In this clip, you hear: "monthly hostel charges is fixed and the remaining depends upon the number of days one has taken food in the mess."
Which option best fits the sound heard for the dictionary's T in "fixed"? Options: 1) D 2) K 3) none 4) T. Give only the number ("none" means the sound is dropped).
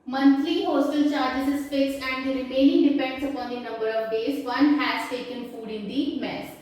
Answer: 3